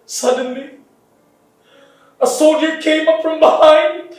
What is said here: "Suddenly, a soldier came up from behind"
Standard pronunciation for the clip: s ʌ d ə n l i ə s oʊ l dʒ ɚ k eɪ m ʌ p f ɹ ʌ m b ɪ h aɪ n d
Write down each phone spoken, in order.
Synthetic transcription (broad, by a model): s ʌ d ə n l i ə s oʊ dʒ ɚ k eɪ m ʌ p f ɹ ʌ m b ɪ h aɪ n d